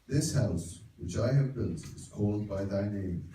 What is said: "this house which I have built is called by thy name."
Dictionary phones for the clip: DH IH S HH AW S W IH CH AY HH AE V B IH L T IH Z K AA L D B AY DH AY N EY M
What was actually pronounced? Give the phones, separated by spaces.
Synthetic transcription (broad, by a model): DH IH S HH AW S W IH CH AY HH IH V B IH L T IH Z K AA L D B AY DH AY N EY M